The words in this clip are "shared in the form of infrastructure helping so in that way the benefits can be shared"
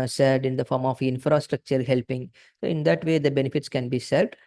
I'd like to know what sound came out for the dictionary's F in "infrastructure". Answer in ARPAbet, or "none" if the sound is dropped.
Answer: F